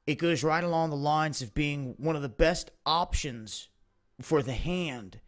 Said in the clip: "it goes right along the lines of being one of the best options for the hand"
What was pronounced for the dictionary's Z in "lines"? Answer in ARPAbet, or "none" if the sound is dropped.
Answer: Z